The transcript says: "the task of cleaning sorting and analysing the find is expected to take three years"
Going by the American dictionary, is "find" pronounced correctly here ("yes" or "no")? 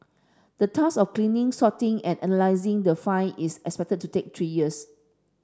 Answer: no